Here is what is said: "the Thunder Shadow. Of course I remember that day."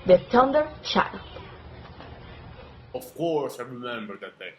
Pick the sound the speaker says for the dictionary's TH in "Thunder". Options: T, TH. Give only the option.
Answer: T